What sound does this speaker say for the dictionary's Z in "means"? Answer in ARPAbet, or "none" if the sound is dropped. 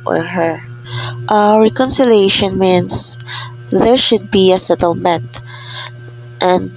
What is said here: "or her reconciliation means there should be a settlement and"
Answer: S